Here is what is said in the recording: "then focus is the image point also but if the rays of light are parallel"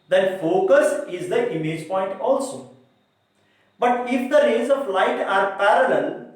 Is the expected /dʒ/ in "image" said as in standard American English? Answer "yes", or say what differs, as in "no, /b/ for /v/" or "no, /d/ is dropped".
yes